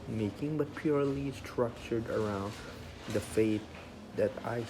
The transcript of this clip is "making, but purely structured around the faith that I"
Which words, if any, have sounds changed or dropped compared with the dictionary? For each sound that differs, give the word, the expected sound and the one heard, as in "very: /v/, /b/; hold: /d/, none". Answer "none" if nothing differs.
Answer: faith: /θ/, /t/